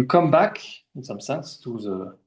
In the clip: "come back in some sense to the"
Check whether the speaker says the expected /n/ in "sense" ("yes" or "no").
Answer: no